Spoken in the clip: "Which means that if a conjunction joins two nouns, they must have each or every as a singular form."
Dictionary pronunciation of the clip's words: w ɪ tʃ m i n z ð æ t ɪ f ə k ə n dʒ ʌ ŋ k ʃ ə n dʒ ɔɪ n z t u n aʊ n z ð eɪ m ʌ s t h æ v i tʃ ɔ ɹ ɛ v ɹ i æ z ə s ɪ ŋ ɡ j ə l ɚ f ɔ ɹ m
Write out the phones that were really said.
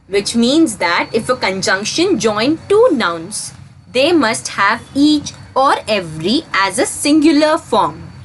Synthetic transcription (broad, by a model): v ɪ tʃ m i n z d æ t ɪ f ə k ə n dʒ ʌ ŋ k ʃ ə n dʒ ɔɪ n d t u n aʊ n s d eɪ m ʌ s t h æ v i tʃ ɔ ɹ ɛ v ɹ i æ z ə s ɪ ŋ ɡ j ə l ɚ f ɔ ɹ m